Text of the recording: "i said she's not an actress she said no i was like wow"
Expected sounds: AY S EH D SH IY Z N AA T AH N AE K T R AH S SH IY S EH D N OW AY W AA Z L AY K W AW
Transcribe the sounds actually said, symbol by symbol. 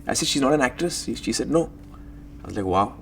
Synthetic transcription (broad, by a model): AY S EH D SH IY Z N AA T AH N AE K T R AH S SH IY S EH D N OW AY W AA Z L AY K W AW